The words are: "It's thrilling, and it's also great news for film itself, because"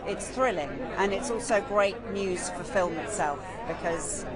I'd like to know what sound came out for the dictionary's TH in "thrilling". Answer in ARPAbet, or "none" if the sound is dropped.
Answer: TH